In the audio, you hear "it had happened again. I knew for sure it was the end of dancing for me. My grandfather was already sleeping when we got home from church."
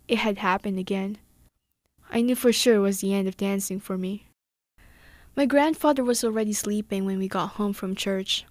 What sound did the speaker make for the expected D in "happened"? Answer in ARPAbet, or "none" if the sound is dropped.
D